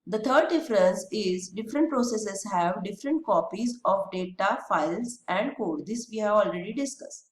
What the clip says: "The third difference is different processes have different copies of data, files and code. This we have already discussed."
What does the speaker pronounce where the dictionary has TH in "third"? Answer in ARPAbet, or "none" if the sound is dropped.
T